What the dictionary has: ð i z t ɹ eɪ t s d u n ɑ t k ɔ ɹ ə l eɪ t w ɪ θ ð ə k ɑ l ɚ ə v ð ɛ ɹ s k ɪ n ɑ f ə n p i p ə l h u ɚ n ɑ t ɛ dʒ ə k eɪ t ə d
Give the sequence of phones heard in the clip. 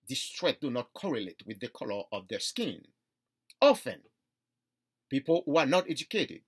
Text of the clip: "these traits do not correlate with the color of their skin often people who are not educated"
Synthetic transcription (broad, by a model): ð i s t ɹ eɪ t d u n ɑ t k ɔ ɹ ə l eɪ t w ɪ ð ə k ɑ l ɚ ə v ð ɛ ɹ s k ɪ n ɑ f ə n p i p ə l h u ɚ n ɑ t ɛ dʒ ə k eɪ t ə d